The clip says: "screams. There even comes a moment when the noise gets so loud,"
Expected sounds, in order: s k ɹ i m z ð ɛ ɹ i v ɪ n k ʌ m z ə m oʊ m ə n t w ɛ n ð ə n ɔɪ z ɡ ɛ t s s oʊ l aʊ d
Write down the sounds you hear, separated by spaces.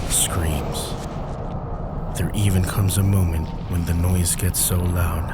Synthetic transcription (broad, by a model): s k ɹ i m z ð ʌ ɹ i v ɪ n k ʌ m z ə m oʊ m ə n t w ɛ n ð ə n ɔɪ z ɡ ɛ t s s oʊ l aʊ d